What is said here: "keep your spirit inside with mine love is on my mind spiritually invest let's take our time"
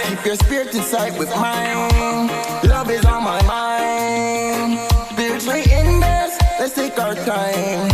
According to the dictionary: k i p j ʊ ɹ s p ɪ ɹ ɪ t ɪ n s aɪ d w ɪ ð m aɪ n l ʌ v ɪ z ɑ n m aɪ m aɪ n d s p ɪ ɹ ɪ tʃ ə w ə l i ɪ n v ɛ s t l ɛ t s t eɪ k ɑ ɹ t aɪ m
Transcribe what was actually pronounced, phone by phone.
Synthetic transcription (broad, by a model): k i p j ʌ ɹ s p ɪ ɹ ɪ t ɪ s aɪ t w ɪ ð m aɪ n l ʌ v ɪ z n m aɪ m aɪ n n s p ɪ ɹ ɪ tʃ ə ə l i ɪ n ɛ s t l ɛ t s t eɪ k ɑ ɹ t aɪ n